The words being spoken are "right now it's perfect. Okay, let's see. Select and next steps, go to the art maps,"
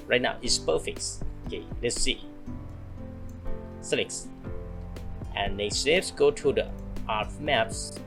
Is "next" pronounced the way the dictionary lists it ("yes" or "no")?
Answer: no